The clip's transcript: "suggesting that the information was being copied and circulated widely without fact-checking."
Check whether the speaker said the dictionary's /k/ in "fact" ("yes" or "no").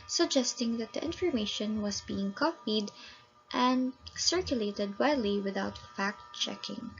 yes